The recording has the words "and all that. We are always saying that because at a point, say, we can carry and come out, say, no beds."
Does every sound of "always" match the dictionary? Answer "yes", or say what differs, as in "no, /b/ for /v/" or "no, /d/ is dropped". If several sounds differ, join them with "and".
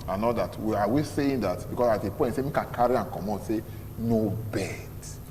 no, /l/ is dropped